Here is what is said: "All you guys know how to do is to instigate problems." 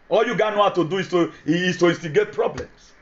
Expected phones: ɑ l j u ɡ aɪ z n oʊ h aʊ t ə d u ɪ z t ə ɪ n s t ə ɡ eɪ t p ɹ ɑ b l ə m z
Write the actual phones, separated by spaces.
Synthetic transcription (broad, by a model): ɑ l j u ɡ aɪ n oʊ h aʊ t ə d u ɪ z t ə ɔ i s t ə ɡ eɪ t p ɹ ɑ b l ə m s